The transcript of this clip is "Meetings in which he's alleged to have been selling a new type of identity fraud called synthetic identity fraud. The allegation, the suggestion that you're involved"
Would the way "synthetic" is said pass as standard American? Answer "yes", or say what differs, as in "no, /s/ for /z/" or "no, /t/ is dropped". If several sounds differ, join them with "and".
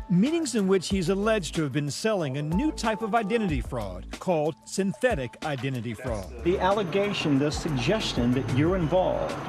yes